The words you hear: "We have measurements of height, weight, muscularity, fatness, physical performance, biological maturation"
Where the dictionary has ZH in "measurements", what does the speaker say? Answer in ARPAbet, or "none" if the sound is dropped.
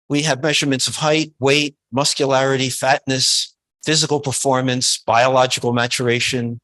ZH